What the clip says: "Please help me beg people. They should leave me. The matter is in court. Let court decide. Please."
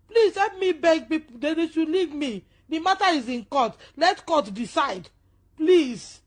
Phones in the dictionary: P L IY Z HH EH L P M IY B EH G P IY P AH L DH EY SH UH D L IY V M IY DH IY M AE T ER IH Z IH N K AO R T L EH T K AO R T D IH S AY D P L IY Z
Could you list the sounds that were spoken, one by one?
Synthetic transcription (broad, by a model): P L IY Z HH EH P M IY B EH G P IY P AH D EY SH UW L IY V M IY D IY M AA T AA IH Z IH N K AO T L EH T K AO T D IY S AY D P L IY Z